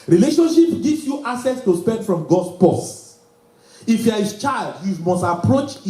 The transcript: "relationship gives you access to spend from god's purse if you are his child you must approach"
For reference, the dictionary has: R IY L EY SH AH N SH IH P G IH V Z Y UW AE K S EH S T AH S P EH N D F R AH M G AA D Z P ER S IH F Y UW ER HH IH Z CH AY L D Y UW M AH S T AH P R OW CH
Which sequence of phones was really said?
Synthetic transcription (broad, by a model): R IY L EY SH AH N SH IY P G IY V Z Y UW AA S EH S T AH S P EH N D F R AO M G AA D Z P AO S IH F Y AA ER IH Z CH AY L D Y UW M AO S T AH P R OW CH